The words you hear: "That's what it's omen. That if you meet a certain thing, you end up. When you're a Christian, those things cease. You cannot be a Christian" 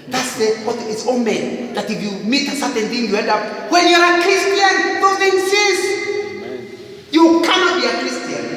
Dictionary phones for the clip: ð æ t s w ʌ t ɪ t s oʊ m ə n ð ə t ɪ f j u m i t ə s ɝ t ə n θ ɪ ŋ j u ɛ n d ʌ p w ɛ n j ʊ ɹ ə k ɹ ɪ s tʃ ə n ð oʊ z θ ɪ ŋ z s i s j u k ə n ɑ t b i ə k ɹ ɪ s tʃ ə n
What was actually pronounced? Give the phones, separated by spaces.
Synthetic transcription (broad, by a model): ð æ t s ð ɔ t ɪ t s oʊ m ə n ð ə t ɪ f j u m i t ə s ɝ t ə n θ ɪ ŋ j u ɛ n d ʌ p w ɛ n j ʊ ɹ ə k ɹ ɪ s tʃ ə n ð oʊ θ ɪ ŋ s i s j u k ə n ɑ t b i ə k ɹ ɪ s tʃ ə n